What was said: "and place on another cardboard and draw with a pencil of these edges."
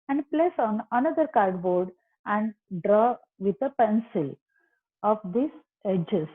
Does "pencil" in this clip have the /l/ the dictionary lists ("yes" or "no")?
yes